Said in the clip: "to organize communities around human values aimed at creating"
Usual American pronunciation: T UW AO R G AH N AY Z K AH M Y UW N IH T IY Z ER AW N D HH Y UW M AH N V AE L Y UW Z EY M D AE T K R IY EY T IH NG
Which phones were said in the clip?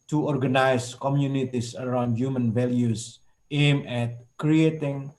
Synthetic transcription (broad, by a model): T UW AO R G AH N AY S K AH M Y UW N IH T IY S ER AW N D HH Y UW M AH N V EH L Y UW S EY M EH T K R IY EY T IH NG